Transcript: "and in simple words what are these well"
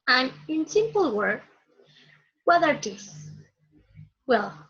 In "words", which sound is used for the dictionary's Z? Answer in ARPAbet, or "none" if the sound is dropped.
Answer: none